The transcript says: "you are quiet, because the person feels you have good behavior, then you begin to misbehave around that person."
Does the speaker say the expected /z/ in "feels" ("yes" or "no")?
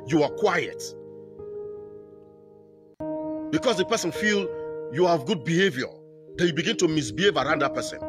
no